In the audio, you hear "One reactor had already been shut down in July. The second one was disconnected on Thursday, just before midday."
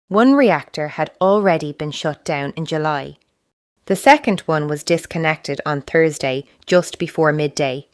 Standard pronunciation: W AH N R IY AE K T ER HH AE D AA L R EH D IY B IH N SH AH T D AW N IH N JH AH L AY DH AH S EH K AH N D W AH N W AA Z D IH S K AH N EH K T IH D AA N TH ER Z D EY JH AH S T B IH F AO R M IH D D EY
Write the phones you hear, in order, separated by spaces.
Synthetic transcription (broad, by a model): W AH N R IY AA K T ER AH D AA L R EH D IY B IH N SH AH T D AW N IH N JH AH L AY DH AH S EH K AH N D W AH N W AA Z D IH S K AH N EH K T IH D N TH ER Z D EY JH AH S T B IH F AO R M IH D D EY